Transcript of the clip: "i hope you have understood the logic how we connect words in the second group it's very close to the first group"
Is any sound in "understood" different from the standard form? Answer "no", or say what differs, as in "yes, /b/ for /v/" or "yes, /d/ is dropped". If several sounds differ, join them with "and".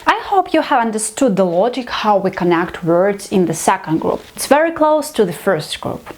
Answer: no